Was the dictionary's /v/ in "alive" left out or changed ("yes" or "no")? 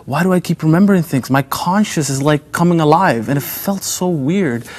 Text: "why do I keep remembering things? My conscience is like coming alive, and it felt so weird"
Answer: no